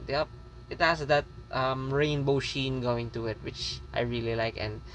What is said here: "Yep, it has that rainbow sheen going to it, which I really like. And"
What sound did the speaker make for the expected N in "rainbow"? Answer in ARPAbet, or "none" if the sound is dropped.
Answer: N